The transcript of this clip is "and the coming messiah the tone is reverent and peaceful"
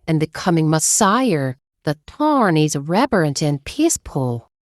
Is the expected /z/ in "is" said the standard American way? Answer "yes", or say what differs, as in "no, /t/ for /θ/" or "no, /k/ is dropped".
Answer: yes